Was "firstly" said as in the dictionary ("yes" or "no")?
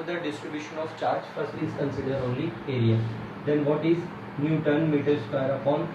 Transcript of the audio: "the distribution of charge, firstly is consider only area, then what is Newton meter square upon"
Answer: no